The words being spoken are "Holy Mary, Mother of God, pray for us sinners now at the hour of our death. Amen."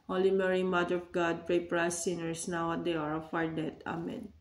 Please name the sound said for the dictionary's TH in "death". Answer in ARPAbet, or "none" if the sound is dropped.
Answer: T